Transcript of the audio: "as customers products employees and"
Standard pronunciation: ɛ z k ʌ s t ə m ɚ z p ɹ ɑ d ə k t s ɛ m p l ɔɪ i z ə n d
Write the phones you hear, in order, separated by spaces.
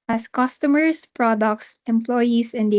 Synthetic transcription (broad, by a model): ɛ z k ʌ s t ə m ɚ s p ɹ ɑ d ə k t s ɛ m p l ɔɪ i s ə n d